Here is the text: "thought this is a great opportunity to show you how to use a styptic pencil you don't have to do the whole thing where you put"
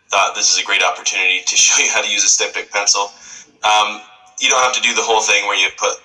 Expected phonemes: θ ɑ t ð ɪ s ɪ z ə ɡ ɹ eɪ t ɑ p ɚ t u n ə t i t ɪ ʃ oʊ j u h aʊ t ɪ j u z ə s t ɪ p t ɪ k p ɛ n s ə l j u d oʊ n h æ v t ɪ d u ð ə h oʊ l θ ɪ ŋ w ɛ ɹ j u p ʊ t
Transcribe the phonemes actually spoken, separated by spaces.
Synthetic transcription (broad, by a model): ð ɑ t ð ɪ s ɪ z ə ɡ ɹ eɪ t ɑ p ɚ t u n ə t i t ɪ ʃ oʊ j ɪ h aʊ t ɪ j u z ə s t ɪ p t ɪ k p ɛ n s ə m j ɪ d oʊ n h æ f t ɪ d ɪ ð ə h oʊ l θ ɪ ŋ w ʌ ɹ j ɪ p ʊ t